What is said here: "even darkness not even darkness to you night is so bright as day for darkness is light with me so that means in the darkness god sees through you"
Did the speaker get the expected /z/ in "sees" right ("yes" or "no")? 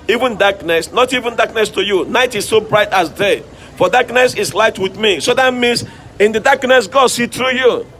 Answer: no